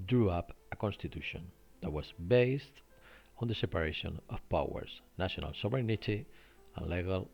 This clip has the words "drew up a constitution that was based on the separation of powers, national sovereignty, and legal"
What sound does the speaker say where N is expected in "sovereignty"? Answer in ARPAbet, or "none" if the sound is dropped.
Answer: none